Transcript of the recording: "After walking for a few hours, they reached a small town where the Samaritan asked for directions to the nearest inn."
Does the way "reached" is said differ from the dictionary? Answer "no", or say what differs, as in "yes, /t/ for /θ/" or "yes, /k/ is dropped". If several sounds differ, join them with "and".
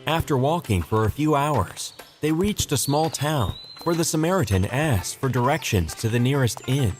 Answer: no